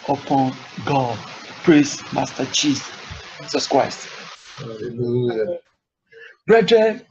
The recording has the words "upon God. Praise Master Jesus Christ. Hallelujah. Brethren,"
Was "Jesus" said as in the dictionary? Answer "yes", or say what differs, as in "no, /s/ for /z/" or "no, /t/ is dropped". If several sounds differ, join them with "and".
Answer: no, /tʃ/ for /dʒ/